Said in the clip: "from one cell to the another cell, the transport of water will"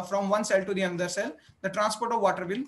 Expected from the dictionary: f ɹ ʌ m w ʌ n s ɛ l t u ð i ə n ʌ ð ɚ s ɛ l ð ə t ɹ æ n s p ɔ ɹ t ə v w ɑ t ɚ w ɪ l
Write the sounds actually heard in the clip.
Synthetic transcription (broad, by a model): f ɹ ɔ m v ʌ n s ɛ l t u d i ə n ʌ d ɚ s ɛ l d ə t ɹ æ n s p ɔ ɹ t ə v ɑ t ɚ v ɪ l